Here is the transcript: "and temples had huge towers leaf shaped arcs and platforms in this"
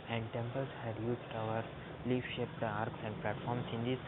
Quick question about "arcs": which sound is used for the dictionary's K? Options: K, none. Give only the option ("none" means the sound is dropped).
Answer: K